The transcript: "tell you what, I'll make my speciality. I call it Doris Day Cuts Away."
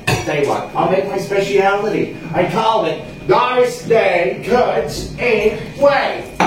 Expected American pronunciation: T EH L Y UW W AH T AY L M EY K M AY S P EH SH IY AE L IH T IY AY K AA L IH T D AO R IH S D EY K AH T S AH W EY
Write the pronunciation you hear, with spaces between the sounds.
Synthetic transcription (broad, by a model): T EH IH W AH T AY L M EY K M AY S P EH SH IY AE L IH T IY AY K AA L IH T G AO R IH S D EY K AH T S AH W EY